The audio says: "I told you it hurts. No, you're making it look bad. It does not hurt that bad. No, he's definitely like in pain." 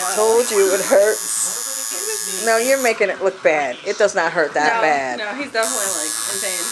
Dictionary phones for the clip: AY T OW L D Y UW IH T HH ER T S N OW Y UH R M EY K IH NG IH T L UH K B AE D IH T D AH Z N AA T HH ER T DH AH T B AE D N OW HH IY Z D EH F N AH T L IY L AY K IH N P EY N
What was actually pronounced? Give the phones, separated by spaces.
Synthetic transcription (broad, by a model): T OW L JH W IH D HH ER T N OW Y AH R M EY K IH NG IH T L UH K B AE D IH T D AH Z N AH T HH ER T DH AH T B AE D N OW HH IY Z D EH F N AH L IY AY IH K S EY